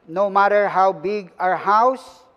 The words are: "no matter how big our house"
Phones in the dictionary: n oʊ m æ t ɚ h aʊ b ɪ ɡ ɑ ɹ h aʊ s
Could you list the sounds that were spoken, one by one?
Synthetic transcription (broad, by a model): n oʊ m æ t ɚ h aʊ b ɪ ɡ ɑ ɹ h aʊ s